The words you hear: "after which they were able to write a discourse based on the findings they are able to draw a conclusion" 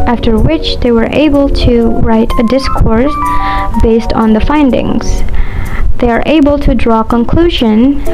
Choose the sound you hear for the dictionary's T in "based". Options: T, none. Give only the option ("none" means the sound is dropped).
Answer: T